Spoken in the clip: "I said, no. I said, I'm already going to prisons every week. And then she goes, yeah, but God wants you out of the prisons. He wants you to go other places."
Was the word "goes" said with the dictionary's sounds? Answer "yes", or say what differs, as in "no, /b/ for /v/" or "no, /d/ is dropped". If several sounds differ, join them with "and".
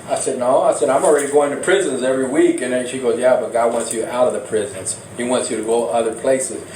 yes